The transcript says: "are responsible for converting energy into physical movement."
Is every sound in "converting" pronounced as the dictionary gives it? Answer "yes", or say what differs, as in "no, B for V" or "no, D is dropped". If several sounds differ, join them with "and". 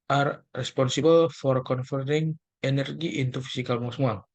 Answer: no, F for V